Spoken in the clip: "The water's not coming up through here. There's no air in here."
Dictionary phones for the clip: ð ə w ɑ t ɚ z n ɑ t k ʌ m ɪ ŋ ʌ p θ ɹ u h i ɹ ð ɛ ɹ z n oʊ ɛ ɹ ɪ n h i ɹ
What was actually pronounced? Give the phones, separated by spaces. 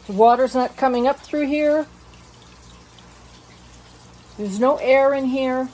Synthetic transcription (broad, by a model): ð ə w ɑ t ɚ z n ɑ t k ʌ m ɪ ŋ ʌ p θ ɹ u h i ɹ ð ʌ ɹ z n oʊ ɛ ɹ ɪ n h i ɹ